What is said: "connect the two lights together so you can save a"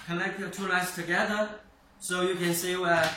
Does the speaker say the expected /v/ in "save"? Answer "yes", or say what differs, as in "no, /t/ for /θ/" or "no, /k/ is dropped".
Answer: no, /w/ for /v/